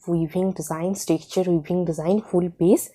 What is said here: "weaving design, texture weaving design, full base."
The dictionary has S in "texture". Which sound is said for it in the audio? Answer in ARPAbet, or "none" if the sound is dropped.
none